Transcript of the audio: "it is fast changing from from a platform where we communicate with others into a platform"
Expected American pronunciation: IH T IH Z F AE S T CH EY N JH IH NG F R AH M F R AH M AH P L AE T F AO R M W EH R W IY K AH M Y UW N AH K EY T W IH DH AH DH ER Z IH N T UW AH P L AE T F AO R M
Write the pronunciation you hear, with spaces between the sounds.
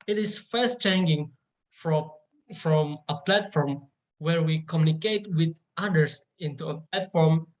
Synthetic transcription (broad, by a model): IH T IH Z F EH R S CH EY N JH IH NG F R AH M F R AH M AH P L AE T F AO R M W EH R W IY K AH M Y UW N AH K EY T W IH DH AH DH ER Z IH N T UW AH P L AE T F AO R M